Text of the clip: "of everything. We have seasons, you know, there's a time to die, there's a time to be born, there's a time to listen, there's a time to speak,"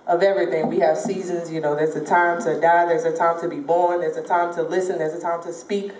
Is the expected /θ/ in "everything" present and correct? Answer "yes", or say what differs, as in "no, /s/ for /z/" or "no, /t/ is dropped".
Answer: yes